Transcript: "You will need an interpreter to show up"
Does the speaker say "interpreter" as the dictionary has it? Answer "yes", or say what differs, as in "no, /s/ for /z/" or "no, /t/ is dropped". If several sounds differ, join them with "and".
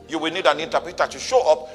no, /ɹ/ is dropped